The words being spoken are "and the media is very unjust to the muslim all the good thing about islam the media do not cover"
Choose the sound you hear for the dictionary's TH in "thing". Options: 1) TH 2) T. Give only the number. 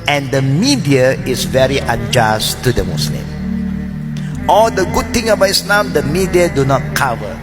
2